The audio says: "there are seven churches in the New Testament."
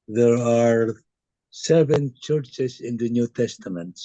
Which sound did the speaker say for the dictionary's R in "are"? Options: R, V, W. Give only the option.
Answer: R